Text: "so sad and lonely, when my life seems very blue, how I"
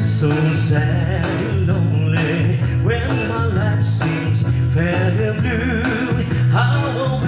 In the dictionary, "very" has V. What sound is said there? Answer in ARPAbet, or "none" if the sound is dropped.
F